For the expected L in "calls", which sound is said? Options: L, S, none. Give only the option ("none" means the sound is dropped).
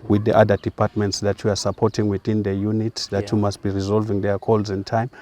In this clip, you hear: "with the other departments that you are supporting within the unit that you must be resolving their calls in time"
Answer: L